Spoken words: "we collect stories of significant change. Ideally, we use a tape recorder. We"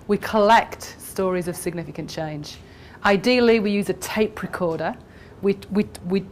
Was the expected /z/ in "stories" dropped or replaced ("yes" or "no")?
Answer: no